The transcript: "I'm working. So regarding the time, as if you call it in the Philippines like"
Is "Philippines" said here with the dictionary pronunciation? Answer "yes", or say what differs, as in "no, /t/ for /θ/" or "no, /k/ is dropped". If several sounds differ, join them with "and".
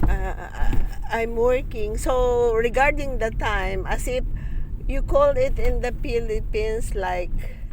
no, /s/ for /z/